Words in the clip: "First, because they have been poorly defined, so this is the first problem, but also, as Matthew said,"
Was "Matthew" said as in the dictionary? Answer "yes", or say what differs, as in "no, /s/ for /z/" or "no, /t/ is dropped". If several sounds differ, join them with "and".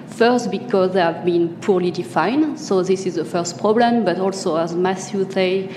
no, /s/ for /θ/